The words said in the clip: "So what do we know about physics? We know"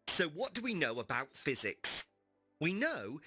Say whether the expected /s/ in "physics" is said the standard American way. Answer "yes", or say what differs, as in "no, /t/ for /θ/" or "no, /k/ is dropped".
yes